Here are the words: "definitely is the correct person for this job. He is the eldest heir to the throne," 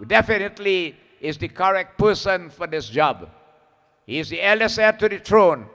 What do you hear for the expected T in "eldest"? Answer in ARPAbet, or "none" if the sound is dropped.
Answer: none